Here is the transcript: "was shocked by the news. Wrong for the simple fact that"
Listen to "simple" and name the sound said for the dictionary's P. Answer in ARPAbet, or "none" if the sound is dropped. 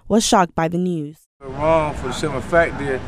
none